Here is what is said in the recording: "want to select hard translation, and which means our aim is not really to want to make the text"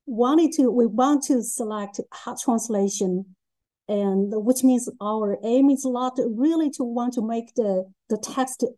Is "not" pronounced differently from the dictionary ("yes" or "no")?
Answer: yes